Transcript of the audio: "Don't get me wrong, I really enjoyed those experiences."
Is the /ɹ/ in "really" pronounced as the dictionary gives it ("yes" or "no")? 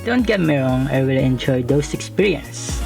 no